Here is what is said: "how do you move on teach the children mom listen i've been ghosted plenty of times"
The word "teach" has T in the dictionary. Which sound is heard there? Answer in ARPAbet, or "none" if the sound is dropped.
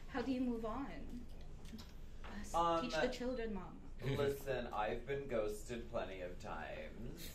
S